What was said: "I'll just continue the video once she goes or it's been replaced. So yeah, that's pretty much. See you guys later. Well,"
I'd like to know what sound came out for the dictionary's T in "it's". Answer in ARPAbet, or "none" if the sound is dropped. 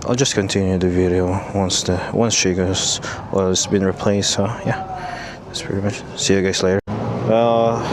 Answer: S